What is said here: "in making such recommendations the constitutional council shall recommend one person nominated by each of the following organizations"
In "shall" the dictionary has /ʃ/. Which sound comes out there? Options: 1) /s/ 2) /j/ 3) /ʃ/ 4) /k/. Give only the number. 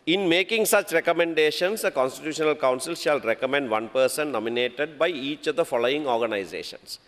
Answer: 3